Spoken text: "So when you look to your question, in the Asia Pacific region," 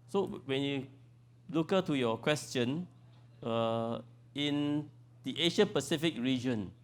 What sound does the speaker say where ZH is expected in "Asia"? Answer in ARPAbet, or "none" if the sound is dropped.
SH